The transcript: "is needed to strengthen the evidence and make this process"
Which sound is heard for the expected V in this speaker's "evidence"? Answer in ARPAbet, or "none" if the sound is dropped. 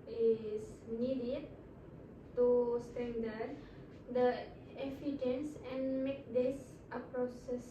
F